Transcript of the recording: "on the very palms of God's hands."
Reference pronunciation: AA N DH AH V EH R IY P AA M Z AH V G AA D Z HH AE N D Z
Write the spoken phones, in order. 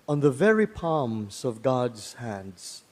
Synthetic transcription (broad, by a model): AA N DH AH V EH R IY P AA M Z AH V G AA D Z HH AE N D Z